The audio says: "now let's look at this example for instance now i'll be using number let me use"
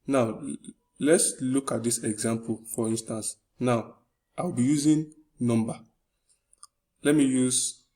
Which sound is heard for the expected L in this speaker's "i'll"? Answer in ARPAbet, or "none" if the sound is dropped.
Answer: W